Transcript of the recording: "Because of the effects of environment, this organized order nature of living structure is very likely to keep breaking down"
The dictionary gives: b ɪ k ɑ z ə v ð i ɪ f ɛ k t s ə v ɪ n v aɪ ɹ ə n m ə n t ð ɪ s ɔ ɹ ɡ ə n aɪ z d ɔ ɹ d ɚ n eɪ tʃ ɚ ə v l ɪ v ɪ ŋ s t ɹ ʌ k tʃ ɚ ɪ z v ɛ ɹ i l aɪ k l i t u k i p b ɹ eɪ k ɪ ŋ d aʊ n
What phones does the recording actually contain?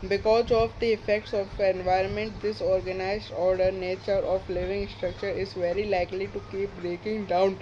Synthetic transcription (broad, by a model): b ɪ k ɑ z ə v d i ɪ f ɛ k t s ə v ɪ n v aɪ ɹ ə n m ə n t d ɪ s ɔ ɹ ɡ ə n aɪ z d ɔ ɹ d ɚ n eɪ tʃ ɚ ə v l ɪ v ɪ ŋ s t ɹ ʌ k tʃ ɚ ɪ z v ɛ ɹ i l aɪ k l i t u k i p b ɹ eɪ k ɪ ŋ d aʊ n